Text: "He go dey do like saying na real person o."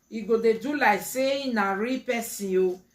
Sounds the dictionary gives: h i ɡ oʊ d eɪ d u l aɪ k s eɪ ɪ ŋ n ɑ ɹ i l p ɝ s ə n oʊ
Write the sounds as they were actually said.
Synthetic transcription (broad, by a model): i ɡ oʊ d eɪ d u l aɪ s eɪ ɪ n ɑ ɹ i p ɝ s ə oʊ